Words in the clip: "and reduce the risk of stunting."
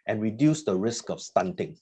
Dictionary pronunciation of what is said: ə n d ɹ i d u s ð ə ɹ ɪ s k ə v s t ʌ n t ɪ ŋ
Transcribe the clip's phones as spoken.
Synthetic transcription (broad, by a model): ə n ɹ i d u s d ə ɹ ɪ s k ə f s t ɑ n t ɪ ŋ